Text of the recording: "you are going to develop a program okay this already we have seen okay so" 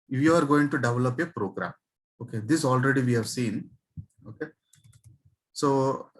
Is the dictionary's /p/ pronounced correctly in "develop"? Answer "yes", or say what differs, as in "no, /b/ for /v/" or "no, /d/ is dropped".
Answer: yes